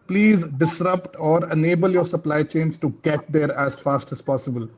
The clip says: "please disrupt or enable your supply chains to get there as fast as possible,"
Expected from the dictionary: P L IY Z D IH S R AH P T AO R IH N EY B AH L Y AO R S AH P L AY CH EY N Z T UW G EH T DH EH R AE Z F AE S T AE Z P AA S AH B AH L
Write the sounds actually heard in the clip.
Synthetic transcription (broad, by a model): P L IY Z D IH S R AH P T AO R IH N EY B AH L Y AO R S AH P L AY CH EY N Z T UW G EH T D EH R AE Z F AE S T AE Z P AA S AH B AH L